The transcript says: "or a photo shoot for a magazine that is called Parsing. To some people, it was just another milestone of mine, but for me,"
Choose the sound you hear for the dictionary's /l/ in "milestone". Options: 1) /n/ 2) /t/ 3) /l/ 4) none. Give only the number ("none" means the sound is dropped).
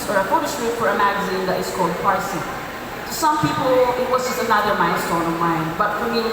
1